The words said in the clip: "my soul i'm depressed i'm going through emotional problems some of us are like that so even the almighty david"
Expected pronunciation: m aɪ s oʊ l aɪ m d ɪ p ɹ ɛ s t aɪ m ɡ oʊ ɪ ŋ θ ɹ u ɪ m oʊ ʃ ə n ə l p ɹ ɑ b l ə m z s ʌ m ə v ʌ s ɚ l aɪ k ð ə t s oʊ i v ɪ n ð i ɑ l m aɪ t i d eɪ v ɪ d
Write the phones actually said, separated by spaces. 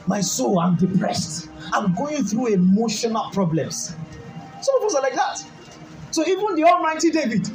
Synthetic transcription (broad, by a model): m aɪ s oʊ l aɪ m d ɪ p ɹ ɛ s t aɪ m ɡ oʊ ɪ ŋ θ ɹ u ɪ m oʊ ʃ ə n ə l p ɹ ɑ b l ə m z s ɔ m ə p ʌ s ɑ l aɪ k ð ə t s oʊ i v ɪ n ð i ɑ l m aɪ t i d eɪ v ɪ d